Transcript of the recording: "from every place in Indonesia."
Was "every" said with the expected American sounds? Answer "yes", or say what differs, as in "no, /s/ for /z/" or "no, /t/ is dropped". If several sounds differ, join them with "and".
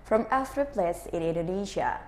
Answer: no, /f/ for /v/